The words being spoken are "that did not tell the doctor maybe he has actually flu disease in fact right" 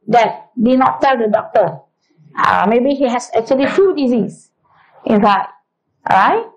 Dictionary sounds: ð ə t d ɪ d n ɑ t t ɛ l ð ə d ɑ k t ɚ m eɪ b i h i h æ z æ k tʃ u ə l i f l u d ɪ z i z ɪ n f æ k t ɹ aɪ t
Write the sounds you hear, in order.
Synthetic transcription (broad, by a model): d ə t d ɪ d n ɑ t t ɛ l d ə d ɑ k t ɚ m eɪ b i h i h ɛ s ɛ k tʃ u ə l i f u d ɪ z i s ɪ n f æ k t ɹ aɪ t